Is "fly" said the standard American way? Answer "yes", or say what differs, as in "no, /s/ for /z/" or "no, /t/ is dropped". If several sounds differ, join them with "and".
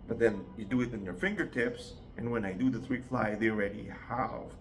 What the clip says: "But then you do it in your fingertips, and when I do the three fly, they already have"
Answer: yes